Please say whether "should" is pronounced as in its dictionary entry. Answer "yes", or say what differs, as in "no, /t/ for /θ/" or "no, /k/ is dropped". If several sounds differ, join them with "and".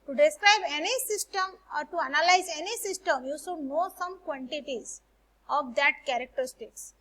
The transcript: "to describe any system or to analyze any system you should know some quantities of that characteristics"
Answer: no, /s/ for /ʃ/